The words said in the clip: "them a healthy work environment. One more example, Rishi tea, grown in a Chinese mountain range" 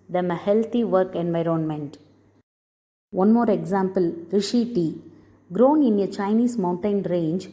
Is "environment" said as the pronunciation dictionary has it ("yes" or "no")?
yes